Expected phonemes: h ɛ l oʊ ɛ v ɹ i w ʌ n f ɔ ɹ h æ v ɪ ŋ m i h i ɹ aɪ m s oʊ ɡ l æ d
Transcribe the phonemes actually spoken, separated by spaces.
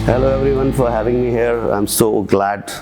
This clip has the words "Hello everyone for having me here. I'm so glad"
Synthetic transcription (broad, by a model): h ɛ l oʊ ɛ v ɹ i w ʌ n f ɔ ɹ h æ v ɪ ŋ m i h i ɹ aɪ m s oʊ ɡ l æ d